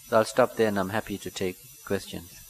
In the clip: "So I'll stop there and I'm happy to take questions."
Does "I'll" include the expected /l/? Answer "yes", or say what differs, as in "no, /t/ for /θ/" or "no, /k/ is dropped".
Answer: yes